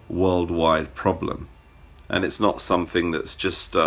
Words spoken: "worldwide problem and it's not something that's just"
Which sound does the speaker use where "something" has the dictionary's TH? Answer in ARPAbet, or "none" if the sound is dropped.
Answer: TH